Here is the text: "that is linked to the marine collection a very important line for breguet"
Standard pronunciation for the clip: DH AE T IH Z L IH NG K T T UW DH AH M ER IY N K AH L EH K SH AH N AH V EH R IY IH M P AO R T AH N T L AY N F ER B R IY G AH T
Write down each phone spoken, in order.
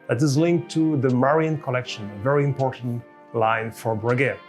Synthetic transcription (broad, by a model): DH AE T IH Z L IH NG K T T UW DH AH M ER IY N K AH L EH K SH AH N AH V EH R IY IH M P AO R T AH N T L AY N F ER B R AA G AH